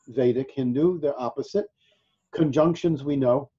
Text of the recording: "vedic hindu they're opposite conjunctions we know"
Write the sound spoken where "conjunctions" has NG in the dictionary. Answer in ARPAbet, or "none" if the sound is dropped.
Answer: NG